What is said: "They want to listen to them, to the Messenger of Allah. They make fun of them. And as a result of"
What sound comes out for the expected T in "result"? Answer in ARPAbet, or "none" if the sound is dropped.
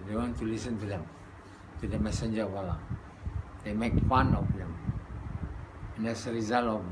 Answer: none